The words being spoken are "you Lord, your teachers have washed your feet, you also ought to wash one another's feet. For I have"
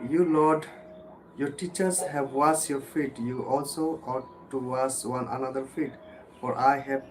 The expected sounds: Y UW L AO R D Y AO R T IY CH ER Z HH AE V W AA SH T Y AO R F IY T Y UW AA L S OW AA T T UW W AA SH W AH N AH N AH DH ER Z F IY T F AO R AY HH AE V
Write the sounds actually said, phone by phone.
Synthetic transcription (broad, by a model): Y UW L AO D Y AO R T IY CH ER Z HH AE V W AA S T Y AO R F IY T Y UW AA L S OW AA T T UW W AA S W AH N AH N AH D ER F IY T F AO R AY HH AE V